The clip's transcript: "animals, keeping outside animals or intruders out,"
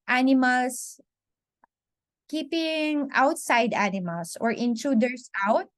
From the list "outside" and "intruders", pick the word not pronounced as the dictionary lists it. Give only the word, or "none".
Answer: intruders